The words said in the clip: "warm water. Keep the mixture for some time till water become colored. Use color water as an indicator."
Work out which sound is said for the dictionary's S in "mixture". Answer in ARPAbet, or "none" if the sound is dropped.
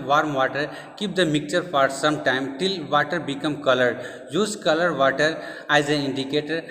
none